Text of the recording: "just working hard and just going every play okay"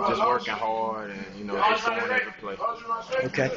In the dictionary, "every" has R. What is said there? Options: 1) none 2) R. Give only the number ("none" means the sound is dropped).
1